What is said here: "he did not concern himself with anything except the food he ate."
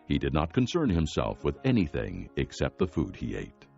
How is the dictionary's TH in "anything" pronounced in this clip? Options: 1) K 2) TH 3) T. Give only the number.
2